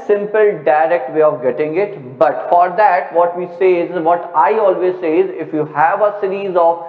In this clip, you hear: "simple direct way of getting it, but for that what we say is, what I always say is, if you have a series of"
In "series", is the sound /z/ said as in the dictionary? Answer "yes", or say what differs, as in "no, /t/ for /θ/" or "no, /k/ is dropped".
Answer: yes